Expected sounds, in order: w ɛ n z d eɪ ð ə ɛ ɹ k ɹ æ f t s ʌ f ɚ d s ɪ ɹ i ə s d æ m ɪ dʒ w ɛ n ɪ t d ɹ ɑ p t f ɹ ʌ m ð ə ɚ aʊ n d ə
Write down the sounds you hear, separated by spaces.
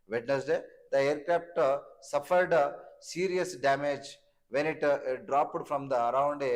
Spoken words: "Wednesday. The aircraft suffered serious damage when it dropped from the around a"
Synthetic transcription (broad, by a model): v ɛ n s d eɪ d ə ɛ ɹ k ɹ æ p t s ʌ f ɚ d s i ɹ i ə s d æ m ɪ dʒ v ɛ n ɪ t d ɹ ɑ p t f ɹ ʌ m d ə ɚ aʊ n d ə